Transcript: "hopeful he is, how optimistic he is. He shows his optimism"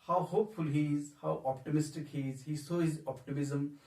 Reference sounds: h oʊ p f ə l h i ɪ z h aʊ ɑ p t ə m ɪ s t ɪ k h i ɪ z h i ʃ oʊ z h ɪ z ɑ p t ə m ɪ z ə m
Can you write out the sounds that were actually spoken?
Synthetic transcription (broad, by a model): h oʊ p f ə l h i ɪ z h aʊ ɑ p t ə m ɪ s t ɪ k h i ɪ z h i s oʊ h ɪ z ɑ p t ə m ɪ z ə m